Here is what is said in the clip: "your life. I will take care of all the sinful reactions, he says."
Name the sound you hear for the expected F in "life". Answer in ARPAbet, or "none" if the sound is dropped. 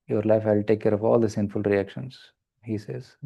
F